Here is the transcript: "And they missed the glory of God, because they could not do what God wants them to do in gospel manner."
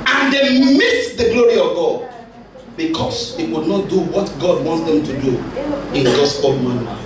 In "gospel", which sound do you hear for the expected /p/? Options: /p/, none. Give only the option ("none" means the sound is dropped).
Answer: none